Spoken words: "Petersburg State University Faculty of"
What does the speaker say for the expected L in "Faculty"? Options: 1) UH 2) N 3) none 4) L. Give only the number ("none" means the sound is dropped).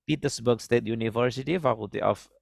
3